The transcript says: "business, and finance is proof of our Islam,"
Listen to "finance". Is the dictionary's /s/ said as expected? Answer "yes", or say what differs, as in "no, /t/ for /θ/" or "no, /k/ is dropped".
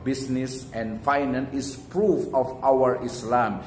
no, /s/ is dropped